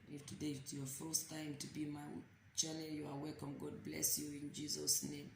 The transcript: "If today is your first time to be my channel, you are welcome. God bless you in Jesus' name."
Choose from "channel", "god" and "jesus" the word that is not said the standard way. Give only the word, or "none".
channel